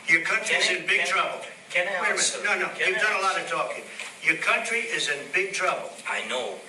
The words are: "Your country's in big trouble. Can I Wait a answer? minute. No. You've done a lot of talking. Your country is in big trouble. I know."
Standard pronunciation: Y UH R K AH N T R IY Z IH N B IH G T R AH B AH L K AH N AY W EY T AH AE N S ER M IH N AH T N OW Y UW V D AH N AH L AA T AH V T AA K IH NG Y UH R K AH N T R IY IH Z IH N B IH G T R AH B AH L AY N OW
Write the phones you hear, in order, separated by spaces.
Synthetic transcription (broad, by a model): Y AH R K AH N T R IY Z IH N B IH G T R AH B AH L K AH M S N AO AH N OW Y UW V D AH N AH L AA T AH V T AA K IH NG Y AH R K AH N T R IY IH Z IH N B IH G T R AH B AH L AY N OW